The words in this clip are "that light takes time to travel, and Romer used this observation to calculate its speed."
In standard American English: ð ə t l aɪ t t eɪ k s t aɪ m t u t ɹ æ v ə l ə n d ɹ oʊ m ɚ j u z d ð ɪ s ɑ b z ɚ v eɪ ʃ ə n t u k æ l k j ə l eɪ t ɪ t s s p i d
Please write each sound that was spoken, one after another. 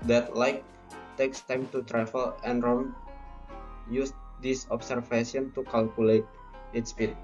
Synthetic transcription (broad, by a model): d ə t l aɪ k t eɪ k s t aɪ m t u t ɹ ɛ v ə l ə n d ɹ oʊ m j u s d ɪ s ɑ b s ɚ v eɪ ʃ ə n t u k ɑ l k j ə l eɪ t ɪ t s s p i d